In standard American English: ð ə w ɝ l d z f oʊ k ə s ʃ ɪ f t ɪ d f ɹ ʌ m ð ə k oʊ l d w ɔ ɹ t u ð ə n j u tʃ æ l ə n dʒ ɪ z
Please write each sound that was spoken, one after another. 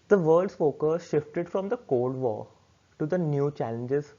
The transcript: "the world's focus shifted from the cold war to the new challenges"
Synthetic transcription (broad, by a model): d ə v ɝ l d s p oʊ k ə ʃ ɪ f t ɪ d f ɹ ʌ m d ə k oʊ l d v ɔ t u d ə n j u tʃ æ l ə n dʒ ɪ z